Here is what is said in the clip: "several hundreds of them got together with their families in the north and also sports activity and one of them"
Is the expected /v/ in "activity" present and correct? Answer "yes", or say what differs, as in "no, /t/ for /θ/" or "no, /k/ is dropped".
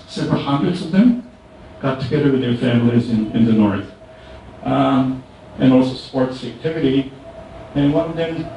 yes